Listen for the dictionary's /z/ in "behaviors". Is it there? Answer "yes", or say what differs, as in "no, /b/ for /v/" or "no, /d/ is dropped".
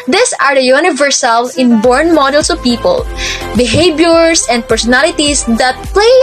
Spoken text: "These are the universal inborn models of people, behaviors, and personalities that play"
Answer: no, /s/ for /z/